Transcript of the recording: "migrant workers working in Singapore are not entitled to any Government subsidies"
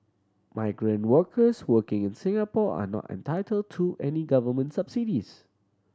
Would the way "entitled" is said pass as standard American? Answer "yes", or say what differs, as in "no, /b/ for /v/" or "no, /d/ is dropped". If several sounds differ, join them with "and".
yes